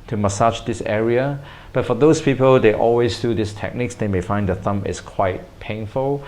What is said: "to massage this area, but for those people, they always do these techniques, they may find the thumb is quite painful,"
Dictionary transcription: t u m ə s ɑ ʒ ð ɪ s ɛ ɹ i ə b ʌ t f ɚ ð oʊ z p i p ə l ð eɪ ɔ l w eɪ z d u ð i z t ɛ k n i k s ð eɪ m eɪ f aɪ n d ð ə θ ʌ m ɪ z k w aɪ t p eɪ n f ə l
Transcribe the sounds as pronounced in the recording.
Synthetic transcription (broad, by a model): t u m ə s ɑ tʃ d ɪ s ɛ ɹ i ə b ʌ t f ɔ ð oʊ s p i p ə l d eɪ ɔ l w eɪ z d u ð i s t ɛ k n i k s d eɪ m eɪ f aɪ n d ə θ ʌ m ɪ s k w aɪ t p eɪ n f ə l